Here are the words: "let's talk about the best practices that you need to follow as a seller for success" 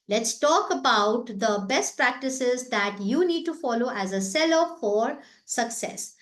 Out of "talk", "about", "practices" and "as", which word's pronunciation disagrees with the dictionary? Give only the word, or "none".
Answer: none